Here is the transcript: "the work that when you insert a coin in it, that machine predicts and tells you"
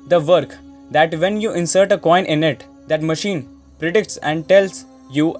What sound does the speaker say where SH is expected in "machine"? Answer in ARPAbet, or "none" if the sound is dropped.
SH